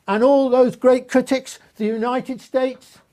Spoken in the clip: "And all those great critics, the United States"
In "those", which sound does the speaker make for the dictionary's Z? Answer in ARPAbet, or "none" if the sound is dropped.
Z